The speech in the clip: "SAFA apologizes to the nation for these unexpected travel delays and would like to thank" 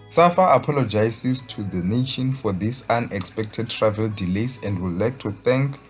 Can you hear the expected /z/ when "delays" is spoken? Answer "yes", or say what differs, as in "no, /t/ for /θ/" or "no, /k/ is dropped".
no, /s/ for /z/